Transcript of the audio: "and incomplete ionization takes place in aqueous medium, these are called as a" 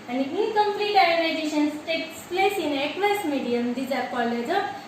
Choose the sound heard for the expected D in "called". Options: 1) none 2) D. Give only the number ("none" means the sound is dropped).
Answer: 1